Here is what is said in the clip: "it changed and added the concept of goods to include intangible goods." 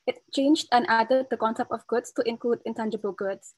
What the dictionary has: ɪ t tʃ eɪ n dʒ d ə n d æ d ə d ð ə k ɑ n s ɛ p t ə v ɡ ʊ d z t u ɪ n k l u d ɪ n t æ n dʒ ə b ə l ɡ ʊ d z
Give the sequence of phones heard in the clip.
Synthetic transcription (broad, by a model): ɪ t tʃ eɪ n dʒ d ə n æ d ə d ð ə k ɑ n s ɛ p t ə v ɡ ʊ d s t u ɪ n k l u d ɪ n t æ n dʒ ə b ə l ɡ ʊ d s